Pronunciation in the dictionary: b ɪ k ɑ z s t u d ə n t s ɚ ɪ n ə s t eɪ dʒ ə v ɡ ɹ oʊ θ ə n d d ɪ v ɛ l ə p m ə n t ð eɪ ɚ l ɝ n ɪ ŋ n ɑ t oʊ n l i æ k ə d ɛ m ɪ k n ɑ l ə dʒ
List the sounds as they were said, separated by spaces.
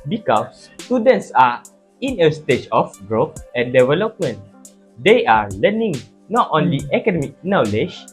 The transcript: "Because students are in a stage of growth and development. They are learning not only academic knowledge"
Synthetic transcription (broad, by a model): b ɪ k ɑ s t u d ə n t s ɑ ɪ n ə s t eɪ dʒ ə f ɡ ɹ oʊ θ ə n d d ɪ v ɛ l ə p m ə n t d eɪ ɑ l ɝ n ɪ ŋ n ɑ t oʊ n l i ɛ k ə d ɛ m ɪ k n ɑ l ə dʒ